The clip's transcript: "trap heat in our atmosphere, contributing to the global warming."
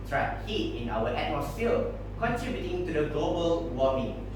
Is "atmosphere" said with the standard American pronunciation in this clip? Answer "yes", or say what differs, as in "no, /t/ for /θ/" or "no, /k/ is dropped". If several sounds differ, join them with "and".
no, /l/ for /ɹ/